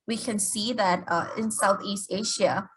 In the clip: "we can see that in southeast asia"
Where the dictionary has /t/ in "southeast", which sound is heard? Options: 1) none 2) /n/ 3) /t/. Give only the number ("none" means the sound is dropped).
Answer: 3